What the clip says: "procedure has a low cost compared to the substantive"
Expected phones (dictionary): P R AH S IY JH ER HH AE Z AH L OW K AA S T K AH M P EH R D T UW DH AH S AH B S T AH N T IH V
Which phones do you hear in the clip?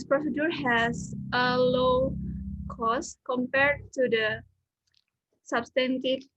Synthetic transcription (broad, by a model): P R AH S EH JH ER HH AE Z AH L OW K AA S K AH M P EH R D T UW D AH S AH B S T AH N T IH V